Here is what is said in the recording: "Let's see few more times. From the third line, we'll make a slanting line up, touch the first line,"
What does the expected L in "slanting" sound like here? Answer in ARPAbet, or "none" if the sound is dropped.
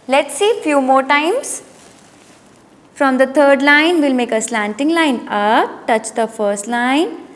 L